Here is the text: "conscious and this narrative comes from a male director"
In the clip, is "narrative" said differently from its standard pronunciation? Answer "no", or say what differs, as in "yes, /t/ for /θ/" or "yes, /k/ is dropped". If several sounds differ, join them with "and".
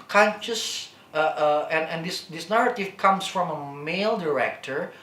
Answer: no